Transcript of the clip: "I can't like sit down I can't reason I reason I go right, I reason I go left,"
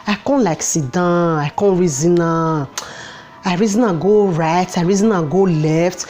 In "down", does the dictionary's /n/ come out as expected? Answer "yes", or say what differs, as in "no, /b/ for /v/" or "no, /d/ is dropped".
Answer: no, /n/ is dropped